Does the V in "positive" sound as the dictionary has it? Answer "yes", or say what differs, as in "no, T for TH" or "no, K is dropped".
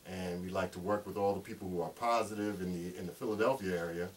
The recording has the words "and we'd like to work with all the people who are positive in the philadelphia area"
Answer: yes